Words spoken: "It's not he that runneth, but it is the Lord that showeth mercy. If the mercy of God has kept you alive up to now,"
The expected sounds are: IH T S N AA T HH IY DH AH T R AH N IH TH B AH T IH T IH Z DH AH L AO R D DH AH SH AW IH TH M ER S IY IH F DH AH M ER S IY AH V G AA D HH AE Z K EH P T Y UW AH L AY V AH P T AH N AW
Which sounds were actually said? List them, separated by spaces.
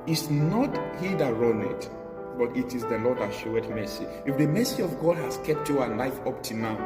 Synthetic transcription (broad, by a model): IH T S N AA T HH IY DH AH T R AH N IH T B AH T IH T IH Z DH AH L AO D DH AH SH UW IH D M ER S IY IH F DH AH M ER S IY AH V G AA D HH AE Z K EH P T Y UW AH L AY F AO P T AH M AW